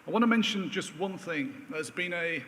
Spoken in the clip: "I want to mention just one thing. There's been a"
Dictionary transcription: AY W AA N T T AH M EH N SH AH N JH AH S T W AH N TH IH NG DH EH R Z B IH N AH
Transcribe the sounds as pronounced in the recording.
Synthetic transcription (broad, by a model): AY W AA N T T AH M EH N SH AH N JH AH S T W AH N TH IH NG DH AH Z B IH N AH